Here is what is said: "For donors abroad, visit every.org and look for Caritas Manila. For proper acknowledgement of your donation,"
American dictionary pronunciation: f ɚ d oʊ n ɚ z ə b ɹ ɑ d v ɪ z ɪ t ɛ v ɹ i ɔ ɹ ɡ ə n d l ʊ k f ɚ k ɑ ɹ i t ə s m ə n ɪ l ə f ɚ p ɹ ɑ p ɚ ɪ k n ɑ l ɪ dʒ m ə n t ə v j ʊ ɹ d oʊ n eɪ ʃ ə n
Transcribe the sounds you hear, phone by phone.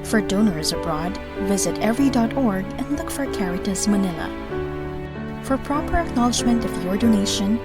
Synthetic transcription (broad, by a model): f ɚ d oʊ n ɚ z ə b ɹ ɑ d v ɪ z ɪ t ɛ v ɹ i ɔ ɹ ɡ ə n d l ʊ k f ɚ k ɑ ɹ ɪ t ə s m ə n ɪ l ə f ɚ p ɹ ɑ p ɚ ɪ k n ɑ l ɪ dʒ m ə n t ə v j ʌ ɹ d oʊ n eɪ ʃ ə n